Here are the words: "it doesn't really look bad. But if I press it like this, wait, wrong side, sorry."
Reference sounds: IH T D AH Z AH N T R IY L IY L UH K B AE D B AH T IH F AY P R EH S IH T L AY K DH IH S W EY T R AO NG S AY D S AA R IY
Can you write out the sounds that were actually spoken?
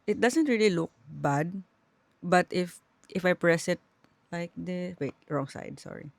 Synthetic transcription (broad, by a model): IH T D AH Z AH N T R IY L IY L UH K B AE D B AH T IH F AY P R EH S IH T L AY K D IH W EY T R AO NG S AY D S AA R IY